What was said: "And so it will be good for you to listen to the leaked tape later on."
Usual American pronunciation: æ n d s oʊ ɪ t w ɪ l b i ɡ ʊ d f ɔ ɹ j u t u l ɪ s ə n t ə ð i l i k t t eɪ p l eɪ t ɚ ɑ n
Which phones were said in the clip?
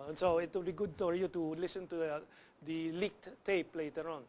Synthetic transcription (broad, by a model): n s oʊ ɪ t w ɪ l b i ɡ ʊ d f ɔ ɹ j u t u l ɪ s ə n t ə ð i l i k t t eɪ p l eɪ t ɚ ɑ n